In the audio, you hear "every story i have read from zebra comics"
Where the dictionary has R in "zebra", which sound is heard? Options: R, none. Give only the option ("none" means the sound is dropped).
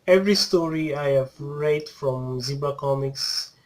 none